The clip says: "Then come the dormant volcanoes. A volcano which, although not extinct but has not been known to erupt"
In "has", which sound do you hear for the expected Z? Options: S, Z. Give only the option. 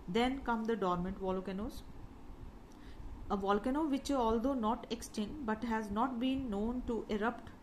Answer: Z